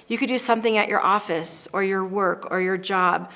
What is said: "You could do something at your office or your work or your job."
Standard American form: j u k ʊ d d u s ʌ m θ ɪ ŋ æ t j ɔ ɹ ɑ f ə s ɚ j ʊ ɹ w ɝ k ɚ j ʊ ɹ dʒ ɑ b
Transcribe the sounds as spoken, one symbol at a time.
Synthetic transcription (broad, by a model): j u k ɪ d d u s ʌ m θ ɪ ŋ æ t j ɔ ɹ ɑ f ə s ɚ j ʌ ɹ w ɝ k ɚ j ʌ ɹ dʒ ɑ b